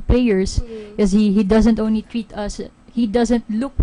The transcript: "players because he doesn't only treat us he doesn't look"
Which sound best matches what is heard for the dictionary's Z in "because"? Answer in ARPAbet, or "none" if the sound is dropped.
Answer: none